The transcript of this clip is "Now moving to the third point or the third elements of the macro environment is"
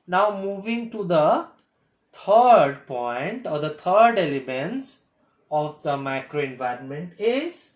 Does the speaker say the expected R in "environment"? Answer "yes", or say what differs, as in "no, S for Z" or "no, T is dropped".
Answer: yes